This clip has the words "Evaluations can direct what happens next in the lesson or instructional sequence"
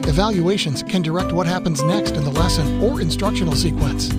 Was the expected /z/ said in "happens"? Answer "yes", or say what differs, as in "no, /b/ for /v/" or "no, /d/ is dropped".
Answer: yes